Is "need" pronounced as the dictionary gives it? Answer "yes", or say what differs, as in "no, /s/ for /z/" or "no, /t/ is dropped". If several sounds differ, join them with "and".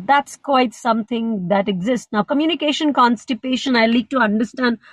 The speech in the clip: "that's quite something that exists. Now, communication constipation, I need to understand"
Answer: no, /l/ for /n/